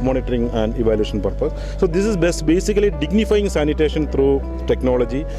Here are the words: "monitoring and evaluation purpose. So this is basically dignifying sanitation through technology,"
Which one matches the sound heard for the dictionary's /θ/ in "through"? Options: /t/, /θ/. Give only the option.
/t/